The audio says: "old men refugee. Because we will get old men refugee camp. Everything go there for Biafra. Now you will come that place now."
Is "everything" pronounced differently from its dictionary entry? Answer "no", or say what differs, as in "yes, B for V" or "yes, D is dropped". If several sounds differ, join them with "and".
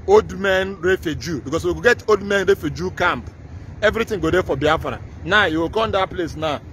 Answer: yes, T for TH